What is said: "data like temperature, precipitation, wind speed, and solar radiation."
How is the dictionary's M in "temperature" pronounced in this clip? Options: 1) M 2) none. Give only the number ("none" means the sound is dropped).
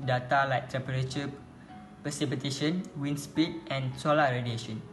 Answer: 2